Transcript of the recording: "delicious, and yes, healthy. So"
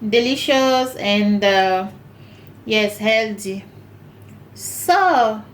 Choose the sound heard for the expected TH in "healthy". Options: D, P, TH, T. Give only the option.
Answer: T